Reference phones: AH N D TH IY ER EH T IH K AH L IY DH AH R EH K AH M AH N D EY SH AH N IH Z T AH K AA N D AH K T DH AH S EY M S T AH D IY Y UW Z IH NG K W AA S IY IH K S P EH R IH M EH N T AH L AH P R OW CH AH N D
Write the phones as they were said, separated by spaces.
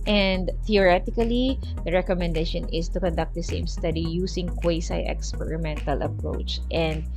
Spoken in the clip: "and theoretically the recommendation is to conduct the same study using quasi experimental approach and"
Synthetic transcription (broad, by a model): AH N D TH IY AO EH T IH K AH L IY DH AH R EH K AH M AH N D EY SH AH N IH S T AH K AA N D AH K T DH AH S EY M S T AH D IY Y UW S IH NG K W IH S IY IH K S P EH R IH M EH N T AH L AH P R OW CH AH N D